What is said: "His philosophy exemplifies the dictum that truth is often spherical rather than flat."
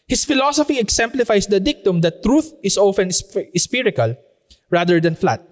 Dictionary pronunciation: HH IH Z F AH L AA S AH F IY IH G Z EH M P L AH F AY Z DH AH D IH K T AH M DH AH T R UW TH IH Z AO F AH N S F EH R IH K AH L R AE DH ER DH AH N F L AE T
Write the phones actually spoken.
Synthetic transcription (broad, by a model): HH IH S F AH L AA S AH F IY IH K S EH M P L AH F AY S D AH D IH K T AH M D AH T R UW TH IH S AO F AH N S P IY R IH K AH L R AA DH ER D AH N F L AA T